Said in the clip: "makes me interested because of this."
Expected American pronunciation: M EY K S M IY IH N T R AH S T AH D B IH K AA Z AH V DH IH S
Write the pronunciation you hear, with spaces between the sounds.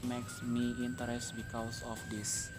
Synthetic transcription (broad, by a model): M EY K S M IY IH N T AH T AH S B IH K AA S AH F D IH S